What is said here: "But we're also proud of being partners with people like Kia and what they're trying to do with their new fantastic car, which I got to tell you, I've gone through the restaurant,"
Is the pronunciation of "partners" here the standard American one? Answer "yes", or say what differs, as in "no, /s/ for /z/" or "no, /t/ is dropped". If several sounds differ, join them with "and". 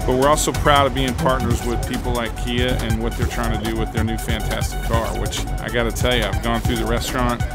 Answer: yes